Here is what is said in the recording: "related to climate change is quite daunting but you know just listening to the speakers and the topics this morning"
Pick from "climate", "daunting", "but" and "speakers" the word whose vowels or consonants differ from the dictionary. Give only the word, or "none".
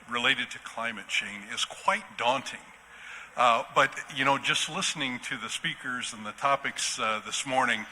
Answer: none